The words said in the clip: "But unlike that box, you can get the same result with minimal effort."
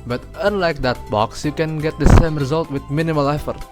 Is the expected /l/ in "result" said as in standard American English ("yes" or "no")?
yes